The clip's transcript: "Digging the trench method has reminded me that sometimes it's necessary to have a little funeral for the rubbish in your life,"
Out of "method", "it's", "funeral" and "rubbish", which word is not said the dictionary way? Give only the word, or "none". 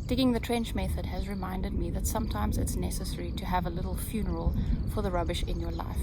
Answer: none